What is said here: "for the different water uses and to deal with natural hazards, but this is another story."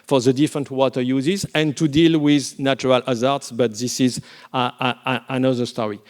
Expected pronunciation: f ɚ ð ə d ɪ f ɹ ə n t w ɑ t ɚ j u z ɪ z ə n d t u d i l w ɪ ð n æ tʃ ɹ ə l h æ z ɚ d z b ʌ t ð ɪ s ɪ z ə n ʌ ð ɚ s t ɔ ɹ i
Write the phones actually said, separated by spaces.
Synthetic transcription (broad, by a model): f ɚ ð ə d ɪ f ɹ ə n t w ɑ t ɚ j u z ɪ z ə n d t u d i l w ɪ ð n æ tʃ ɹ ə l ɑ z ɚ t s b ʌ t ð ɪ s ɪ z ə n ʌ ð ɚ s t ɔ ɹ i